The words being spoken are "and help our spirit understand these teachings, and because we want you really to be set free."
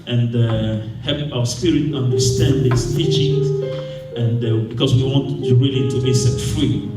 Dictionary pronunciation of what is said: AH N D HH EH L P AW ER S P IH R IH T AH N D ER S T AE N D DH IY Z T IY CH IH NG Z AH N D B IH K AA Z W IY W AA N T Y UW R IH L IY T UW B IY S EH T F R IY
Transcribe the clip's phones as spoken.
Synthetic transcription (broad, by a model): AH N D HH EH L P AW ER S P IH R IH T AH N D ER S T AE N D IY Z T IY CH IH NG AH N D B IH K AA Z W IY W AA N T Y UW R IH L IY T UW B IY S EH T F R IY